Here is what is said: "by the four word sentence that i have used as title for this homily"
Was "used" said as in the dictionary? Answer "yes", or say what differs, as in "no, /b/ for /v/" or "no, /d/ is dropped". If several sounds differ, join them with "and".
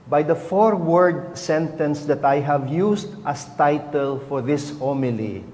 no, /s/ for /z/